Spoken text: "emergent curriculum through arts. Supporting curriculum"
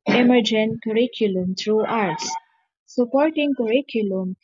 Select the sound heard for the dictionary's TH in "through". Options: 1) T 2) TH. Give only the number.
1